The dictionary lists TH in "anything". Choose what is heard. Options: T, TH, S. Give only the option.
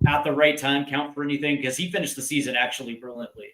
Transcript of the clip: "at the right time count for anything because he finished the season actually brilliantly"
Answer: TH